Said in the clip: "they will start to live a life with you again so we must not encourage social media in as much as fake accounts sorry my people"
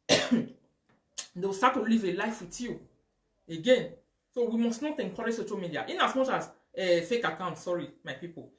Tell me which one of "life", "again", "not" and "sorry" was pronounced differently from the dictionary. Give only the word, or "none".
none